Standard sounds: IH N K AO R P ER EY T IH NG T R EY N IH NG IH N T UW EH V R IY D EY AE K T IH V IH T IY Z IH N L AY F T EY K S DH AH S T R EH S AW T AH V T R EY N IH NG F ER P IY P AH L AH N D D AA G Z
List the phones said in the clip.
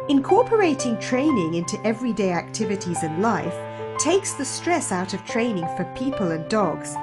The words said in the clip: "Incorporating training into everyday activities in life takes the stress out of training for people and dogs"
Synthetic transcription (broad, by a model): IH N K AO R P ER EY T IH NG T R EY N IH NG IH N T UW EH V R IY D EY AE K T IH V IH T IY Z IH N L AY F T EY K S DH AH S T R EH S AW T AH V T R EY N IH NG F ER P IY P AH L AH N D D AA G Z